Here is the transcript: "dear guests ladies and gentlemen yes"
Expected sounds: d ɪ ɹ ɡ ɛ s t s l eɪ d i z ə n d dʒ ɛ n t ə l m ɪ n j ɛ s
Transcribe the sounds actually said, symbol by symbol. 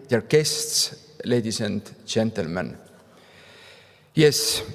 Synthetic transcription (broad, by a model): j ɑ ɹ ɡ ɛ s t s l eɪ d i s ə n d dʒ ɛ n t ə l m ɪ n j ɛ s